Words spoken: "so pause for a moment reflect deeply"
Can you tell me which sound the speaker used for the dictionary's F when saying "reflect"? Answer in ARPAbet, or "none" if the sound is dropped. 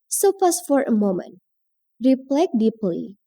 P